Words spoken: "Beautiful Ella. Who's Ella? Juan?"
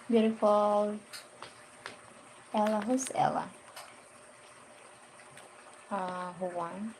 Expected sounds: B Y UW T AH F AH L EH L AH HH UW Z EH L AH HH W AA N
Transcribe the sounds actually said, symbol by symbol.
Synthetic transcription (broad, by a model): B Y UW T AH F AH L EH L AH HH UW S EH L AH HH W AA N